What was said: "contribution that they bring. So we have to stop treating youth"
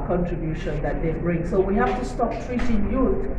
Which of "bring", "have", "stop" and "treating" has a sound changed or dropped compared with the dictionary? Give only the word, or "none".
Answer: have